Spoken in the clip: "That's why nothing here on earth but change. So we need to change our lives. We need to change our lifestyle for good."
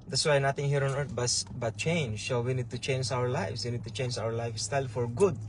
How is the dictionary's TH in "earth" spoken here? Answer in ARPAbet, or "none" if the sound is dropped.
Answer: S